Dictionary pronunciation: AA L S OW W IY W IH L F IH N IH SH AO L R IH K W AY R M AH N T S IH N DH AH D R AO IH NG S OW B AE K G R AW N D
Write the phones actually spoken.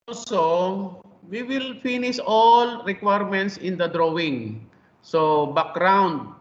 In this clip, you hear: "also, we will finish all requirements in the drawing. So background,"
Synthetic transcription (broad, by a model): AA L S OW W IY W IH L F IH N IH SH AO L R IH K W AY R M AH N T S IH N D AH D R AO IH NG S OW B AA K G R AW N D